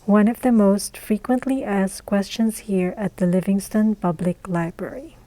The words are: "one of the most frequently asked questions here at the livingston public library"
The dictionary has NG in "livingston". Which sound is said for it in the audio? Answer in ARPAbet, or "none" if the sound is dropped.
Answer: NG